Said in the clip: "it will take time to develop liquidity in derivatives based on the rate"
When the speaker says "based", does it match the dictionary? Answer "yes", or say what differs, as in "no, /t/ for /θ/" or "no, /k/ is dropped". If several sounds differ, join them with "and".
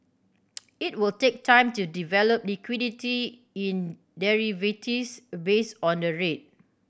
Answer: no, /t/ is dropped